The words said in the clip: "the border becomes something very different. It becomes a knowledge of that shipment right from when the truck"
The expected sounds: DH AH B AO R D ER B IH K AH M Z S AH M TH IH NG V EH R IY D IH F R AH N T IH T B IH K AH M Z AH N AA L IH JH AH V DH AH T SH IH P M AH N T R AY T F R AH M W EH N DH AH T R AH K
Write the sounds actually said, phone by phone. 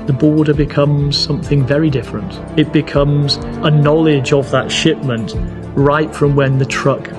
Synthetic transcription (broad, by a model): DH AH B AO R D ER B IH K AH M Z S AH M TH IH NG V EH R IY D IH F R AH N T IH T B IH K AH M Z AH N AA L IH JH AH V DH AH T SH IH P M AH N T R AY T F R AH M W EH N DH AH T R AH K